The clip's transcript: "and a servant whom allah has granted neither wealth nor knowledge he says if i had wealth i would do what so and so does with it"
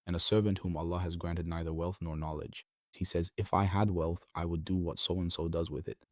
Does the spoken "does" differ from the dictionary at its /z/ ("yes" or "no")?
no